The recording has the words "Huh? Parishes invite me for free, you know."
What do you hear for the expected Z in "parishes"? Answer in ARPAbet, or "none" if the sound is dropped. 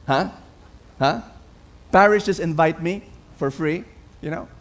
S